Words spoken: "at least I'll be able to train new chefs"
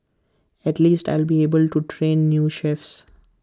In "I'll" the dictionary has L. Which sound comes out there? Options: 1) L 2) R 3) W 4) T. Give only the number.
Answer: 1